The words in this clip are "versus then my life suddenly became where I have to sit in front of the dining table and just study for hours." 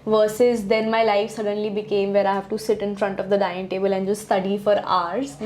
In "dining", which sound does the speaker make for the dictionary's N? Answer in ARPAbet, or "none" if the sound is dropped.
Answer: none